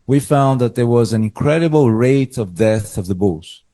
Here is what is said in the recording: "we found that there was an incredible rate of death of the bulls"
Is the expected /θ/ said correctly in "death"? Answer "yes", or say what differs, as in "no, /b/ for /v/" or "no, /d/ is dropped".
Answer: yes